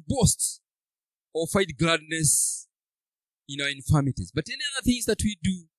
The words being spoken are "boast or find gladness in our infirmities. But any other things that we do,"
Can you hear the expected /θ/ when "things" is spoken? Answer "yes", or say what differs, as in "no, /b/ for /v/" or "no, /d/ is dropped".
yes